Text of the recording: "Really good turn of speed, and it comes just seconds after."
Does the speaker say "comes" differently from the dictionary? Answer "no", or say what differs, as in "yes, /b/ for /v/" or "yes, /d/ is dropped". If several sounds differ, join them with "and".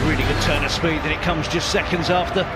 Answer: no